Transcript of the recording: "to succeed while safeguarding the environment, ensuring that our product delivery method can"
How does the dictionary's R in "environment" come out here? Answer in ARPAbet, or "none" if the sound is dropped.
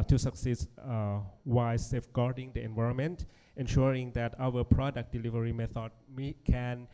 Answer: R